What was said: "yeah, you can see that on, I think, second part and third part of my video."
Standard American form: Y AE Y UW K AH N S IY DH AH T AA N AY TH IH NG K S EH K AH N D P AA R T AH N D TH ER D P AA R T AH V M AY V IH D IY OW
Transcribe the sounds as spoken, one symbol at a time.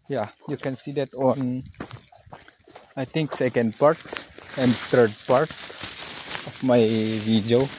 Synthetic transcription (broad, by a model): Y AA Y UW K AH N S IY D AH T AA N AY T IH NG K S EH K AH N D P AA R T AH N D T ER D P AA R T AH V M AY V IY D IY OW